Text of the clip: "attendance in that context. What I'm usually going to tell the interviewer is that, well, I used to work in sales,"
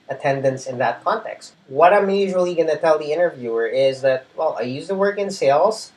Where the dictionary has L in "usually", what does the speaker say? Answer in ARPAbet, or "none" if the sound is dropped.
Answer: L